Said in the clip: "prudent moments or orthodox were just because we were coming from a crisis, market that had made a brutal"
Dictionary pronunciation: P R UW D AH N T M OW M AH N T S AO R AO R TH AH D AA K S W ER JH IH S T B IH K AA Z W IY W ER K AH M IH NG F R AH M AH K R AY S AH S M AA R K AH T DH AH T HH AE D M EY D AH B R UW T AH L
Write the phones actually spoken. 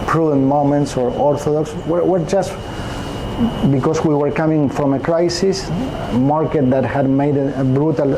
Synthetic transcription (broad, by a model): P R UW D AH N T M OW M AH N T S AO R AO R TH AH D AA K S W ER JH IH S T B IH K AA S W IY W ER K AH M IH NG F R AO M AH K R AY S AH S M AA R K AH T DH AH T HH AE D M EY D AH B R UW T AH L